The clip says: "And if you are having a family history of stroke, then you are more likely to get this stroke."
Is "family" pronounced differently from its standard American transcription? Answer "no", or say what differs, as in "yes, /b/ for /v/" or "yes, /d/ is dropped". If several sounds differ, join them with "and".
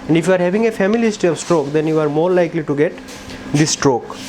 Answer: yes, /l/ is dropped